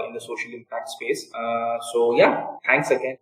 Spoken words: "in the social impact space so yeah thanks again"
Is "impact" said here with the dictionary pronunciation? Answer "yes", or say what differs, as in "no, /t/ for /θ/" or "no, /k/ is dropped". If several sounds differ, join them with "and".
yes